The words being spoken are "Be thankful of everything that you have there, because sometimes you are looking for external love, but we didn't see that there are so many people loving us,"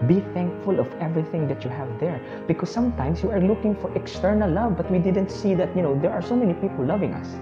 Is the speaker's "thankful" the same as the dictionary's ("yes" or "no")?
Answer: yes